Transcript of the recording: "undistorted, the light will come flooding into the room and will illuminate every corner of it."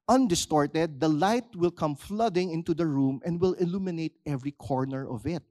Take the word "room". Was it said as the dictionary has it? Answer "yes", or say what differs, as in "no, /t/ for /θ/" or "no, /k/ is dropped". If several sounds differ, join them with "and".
yes